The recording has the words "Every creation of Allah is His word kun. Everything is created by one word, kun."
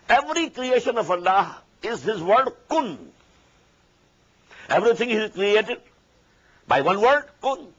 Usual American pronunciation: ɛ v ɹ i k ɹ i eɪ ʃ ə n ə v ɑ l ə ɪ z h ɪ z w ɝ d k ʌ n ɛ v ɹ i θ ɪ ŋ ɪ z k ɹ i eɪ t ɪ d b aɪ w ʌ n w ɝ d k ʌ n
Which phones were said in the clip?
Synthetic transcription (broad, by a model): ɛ v ɹ i k ɹ i eɪ ʃ ə n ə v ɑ l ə ɪ z h ɪ z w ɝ d k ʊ n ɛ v ɹ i t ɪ ŋ ɪ z k ɹ i eɪ t ɪ d b aɪ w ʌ n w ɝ d k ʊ n